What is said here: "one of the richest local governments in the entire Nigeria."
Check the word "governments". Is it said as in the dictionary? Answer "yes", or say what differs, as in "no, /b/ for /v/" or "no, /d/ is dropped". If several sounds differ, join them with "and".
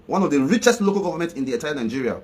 no, /s/ is dropped